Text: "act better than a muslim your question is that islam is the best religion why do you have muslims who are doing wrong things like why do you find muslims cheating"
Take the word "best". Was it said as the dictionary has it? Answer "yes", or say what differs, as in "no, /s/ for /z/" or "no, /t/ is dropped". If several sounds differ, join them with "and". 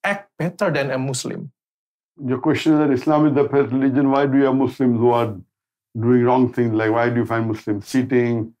no, /s/ is dropped